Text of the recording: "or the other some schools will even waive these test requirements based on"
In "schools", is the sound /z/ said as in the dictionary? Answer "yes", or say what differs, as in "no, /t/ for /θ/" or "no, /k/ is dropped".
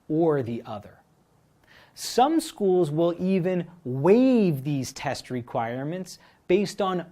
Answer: yes